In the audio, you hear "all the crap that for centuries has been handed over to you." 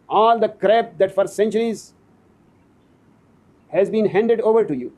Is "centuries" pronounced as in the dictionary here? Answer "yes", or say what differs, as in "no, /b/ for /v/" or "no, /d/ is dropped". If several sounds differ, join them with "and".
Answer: yes